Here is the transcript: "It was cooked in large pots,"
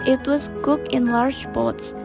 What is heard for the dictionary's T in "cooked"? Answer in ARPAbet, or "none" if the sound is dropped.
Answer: none